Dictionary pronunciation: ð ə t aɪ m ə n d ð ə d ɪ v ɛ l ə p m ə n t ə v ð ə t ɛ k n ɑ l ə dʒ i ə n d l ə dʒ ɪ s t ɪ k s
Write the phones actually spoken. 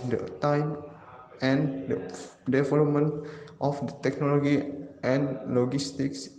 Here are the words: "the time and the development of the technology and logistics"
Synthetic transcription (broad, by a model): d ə t aɪ m ə n d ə d ɪ v ɛ l ə p m ə n t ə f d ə t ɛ k n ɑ l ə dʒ i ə n l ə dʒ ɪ s t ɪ k s